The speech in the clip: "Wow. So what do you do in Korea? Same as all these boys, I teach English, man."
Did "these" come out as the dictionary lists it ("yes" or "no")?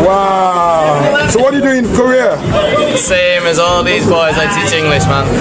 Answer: yes